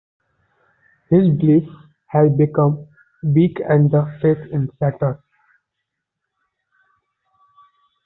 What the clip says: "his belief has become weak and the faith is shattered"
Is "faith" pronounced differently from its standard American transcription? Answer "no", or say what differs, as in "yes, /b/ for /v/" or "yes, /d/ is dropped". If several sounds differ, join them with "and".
yes, /t/ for /θ/